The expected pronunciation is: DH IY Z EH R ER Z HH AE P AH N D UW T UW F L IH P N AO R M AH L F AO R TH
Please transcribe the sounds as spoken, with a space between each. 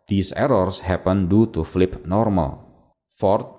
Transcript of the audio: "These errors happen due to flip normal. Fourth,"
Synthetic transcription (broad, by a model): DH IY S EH R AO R HH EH P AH N D UW T UW F L IH P N AO R M AH L F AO R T